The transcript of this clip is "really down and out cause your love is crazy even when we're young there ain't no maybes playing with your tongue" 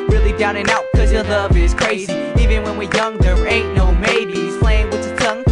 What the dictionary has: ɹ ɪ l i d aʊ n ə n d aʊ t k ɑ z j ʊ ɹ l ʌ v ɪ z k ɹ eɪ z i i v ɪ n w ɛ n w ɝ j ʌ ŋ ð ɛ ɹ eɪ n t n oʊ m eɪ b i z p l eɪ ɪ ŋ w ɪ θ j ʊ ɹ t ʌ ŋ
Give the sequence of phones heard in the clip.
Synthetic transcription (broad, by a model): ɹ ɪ l i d aʊ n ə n aʊ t k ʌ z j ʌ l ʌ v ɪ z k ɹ eɪ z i i v ɪ n w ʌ n w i j ʌ ŋ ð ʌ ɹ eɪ t n oʊ m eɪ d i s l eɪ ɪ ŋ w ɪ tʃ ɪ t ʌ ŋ